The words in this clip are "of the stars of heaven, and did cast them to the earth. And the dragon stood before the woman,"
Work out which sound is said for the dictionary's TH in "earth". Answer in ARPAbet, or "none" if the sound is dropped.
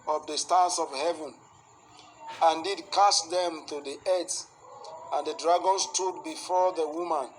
S